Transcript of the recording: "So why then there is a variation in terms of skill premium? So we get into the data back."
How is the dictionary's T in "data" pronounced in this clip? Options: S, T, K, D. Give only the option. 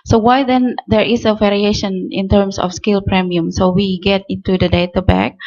T